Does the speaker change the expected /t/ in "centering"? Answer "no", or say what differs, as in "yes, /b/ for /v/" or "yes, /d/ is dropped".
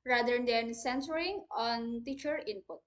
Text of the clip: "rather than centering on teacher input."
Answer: yes, /s/ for /t/